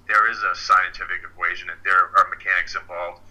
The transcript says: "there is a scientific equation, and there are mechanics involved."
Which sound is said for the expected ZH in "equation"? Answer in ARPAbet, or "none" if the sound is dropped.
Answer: ZH